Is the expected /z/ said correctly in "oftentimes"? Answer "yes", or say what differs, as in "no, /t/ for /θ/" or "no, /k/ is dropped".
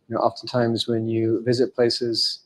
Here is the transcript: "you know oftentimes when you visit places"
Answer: yes